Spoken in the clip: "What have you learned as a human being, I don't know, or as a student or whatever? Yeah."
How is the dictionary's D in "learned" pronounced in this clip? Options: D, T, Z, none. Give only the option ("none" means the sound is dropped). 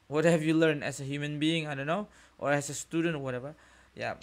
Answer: none